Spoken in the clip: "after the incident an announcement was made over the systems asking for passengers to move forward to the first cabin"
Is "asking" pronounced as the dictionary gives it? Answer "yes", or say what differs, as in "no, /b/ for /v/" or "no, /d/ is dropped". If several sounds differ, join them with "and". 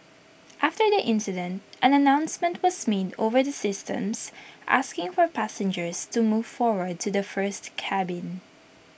yes